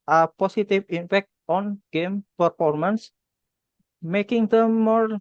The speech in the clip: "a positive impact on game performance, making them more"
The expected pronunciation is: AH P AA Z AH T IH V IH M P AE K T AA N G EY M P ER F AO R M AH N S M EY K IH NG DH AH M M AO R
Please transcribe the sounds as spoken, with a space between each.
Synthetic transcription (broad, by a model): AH P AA S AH T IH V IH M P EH K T AA N G EY M P ER F AO R M AH N S M EY K IH NG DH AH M M AO R